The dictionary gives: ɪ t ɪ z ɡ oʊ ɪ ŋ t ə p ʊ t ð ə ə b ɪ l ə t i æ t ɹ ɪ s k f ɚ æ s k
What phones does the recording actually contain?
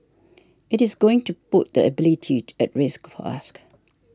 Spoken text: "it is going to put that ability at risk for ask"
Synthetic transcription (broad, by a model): ɪ t ɪ z ɡ oʊ ɪ ŋ t ə p ʊ t ð ə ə b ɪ l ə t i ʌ t ɹ ɪ s k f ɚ s k